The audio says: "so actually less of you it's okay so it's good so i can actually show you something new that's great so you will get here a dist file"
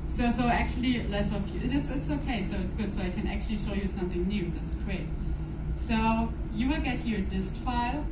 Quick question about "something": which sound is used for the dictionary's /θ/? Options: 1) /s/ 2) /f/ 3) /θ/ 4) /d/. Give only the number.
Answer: 3